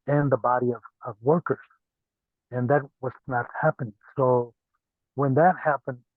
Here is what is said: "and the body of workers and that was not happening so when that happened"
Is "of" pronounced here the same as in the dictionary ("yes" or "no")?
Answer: yes